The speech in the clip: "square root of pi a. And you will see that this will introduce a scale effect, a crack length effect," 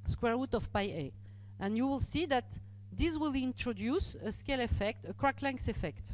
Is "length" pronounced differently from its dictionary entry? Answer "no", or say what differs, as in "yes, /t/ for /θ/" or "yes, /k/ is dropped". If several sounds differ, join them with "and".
yes, /s/ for /θ/